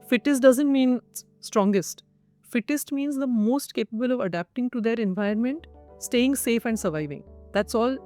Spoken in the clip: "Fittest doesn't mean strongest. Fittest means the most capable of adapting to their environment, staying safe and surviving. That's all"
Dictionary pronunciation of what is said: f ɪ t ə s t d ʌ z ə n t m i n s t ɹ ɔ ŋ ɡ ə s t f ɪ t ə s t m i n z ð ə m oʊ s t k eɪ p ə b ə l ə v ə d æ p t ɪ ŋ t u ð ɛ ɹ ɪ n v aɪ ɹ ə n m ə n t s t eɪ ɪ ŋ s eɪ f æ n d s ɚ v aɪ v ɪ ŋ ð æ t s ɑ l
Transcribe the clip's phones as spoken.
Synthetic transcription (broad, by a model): f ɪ t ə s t d ʌ z ə n t m i n s t ɹ ɔ ŋ ɡ ə s t f ɪ t ə s t m i n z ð ə m oʊ s t k eɪ p ə b ə l ə v ə d æ p t ɪ ŋ t u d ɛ ɹ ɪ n v aɪ ə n m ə n t s t eɪ ɪ ŋ s eɪ f æ n d s ɚ v aɪ v ɪ ŋ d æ t s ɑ l